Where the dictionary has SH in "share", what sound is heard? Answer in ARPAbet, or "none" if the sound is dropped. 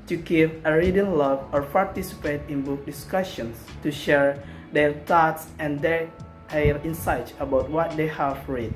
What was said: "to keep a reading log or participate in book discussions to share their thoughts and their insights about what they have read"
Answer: SH